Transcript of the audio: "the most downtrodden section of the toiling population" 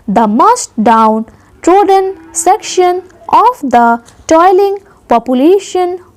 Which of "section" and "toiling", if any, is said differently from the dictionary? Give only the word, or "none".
none